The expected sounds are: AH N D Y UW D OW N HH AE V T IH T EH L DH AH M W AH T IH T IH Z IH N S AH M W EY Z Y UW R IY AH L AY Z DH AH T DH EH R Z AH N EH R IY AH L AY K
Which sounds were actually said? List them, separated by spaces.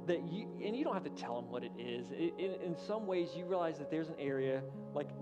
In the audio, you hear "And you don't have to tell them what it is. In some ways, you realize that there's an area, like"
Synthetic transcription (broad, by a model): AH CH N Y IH D OW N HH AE F T IH T EH L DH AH M W AH T IH T IH Z IH N S AH M W EY Z Y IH R IY AH L AY Z DH AH T DH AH R Z AH N EH R IY AH L AY K